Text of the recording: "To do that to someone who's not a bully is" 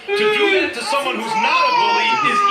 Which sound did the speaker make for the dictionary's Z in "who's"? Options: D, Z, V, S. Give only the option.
Z